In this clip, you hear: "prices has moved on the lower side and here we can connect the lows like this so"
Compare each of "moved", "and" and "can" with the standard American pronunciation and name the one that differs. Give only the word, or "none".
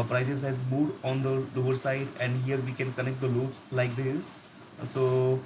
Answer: moved